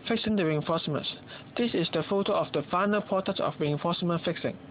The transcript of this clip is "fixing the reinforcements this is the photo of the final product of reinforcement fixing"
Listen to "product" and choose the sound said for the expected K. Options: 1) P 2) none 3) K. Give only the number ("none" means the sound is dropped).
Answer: 2